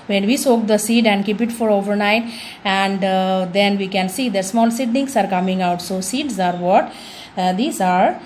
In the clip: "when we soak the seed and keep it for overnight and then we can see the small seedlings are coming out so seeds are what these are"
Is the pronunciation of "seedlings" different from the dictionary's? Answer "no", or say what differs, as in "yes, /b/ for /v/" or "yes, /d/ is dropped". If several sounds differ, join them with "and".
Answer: yes, /n/ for /l/ and /s/ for /z/